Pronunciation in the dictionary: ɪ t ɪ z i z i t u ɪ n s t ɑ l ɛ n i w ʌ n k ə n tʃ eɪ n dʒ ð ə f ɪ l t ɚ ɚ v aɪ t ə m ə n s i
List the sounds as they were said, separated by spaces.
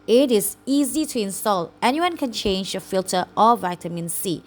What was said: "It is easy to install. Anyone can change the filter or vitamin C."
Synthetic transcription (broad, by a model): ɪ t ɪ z i z i t u ɪ n s t ɑ l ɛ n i w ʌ n k ə n tʃ eɪ n dʒ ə f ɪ l t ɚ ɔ v aɪ t ə m ə n s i